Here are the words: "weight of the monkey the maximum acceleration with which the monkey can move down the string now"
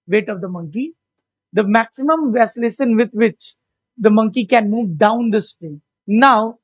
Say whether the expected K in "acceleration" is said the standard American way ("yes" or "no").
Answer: no